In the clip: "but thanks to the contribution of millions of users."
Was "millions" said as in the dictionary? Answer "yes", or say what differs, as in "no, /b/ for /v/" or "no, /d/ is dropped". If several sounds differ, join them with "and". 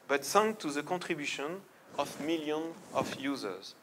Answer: no, /z/ is dropped